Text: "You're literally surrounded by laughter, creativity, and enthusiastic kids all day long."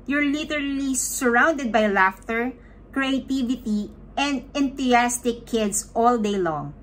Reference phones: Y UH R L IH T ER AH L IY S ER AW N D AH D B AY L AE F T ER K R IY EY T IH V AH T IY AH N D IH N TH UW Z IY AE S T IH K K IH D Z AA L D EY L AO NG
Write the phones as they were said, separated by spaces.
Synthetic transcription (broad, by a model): Y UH R L IH T ER AH L IY S ER AW N D AH D B AY L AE F T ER K R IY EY T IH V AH T IY AH N D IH N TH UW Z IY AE S T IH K K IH D S AA L D EY L AO NG